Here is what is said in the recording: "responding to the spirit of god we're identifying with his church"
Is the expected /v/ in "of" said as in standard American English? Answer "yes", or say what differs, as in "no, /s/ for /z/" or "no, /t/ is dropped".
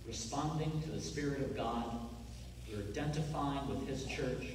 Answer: yes